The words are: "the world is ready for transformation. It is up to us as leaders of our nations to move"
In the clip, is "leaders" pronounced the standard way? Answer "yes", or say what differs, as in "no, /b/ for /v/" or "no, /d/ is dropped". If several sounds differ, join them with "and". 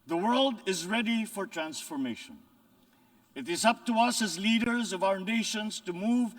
yes